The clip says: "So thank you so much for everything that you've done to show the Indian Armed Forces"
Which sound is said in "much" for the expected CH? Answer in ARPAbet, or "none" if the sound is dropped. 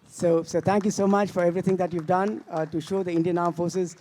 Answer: CH